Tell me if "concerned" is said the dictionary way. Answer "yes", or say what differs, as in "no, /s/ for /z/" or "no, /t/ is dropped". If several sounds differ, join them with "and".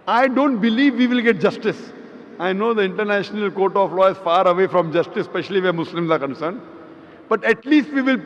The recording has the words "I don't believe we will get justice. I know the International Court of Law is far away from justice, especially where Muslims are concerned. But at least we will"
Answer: yes